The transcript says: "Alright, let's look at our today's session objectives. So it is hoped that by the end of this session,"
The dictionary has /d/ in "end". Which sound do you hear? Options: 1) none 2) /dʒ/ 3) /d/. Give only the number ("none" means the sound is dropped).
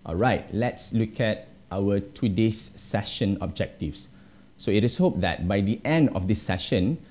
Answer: 3